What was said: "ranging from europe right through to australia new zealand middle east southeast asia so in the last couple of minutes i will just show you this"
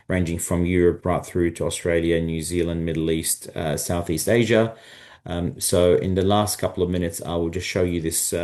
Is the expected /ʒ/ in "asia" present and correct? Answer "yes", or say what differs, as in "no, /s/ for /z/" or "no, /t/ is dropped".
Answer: yes